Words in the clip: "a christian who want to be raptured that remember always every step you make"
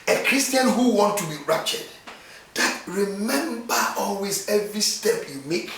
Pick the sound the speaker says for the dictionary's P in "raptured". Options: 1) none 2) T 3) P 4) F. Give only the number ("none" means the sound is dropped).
1